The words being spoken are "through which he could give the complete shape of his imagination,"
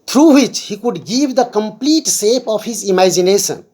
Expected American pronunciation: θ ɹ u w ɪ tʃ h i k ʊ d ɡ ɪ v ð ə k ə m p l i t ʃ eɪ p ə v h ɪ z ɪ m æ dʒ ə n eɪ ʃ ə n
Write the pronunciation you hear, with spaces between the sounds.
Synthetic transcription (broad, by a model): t ɹ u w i tʃ h i k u d ɡ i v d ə k ə m p l i t s eɪ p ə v h ɪ z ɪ m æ dʒ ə n eɪ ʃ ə n